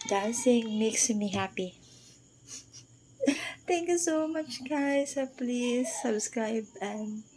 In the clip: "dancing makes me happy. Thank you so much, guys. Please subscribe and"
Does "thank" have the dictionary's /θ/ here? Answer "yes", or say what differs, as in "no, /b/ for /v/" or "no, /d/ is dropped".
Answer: no, /t/ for /θ/